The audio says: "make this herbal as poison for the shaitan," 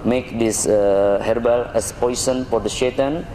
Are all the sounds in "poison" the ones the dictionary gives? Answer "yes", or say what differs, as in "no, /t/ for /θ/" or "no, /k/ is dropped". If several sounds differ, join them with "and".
no, /s/ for /z/